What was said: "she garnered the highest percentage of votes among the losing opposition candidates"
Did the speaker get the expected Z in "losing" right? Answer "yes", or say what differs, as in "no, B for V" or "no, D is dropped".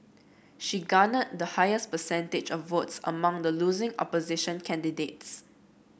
yes